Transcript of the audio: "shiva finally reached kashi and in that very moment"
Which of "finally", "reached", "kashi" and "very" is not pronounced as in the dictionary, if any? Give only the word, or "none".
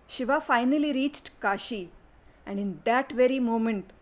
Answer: none